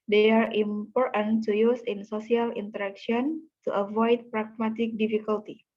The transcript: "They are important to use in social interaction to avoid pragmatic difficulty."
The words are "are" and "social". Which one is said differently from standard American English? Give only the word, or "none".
social